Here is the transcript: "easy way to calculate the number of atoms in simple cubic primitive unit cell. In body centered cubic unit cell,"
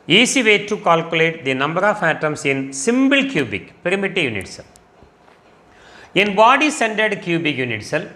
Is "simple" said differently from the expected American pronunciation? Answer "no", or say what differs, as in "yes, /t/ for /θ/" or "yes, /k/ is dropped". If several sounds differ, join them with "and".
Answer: yes, /b/ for /p/